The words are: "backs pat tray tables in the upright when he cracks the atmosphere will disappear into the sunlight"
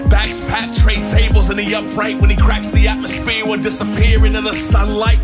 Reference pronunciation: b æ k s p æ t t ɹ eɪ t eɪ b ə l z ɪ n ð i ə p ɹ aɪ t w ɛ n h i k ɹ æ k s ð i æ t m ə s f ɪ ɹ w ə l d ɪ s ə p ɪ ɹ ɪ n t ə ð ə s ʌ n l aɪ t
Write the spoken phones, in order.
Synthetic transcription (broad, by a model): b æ k s p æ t t ɹ eɪ t eɪ b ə l z ɪ n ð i ə p ɹ aɪ t w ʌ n i k ɹ æ k s ð i æ t m ə s f ɪ ɹ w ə n d ɪ s ə p ɪ ɹ ɪ n t ə ð ə s ʌ n l aɪ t